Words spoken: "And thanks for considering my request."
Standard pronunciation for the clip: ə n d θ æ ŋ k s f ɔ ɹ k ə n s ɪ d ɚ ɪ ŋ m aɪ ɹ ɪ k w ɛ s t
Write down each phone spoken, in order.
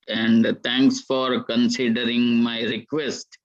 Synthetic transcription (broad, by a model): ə n d t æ ŋ k s f ɔ ɹ k ə n s ɪ d ɚ ɪ ŋ m aɪ ɹ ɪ k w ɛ s t